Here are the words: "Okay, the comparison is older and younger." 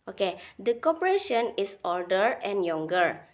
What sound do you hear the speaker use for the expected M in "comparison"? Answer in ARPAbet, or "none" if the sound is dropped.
none